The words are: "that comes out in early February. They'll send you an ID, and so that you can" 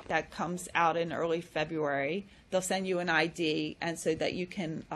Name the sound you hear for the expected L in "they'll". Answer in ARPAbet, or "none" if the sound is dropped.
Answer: L